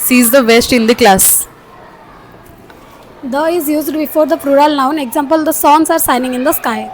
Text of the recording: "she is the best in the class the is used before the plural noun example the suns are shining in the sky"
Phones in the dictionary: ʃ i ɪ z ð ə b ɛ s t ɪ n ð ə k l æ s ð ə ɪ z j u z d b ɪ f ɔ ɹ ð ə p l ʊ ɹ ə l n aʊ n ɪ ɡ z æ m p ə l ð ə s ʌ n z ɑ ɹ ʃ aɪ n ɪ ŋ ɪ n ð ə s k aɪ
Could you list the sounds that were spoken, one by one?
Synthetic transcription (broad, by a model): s i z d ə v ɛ s t ɪ n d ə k l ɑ s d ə ɪ z j u z d b ɪ f ɔ ɹ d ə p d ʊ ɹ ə l n aʊ n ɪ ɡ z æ m p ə l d ə s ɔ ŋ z ɑ ɹ s aɪ n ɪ ŋ ɪ n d ə s k aɪ